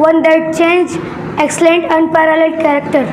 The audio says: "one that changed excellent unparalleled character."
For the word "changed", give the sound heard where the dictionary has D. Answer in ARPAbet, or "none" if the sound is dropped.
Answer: none